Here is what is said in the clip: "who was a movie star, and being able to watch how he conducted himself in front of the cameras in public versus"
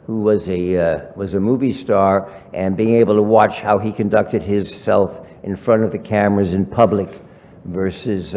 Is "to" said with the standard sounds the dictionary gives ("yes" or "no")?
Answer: yes